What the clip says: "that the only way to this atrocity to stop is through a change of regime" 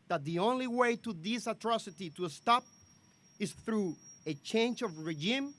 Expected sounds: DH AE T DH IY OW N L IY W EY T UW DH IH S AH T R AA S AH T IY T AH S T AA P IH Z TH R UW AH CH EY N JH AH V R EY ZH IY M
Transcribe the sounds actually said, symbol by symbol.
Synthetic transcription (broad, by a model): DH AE T DH IY OW N L IY W EY T UW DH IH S AH T R AA S AH T IY T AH S T AA P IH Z TH R UW AH CH EY N JH AH V R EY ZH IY M